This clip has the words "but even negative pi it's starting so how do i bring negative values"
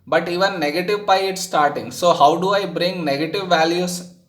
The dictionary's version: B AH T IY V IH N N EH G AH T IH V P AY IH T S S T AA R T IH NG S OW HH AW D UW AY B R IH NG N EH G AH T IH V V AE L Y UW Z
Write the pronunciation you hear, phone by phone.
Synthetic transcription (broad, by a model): B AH T IY V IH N N EH G AH T IH V B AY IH T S S T AA R T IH NG S OW HH AW D UW AY B R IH NG N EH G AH T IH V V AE L Y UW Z